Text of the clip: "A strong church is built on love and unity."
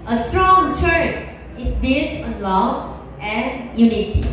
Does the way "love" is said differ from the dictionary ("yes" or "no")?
yes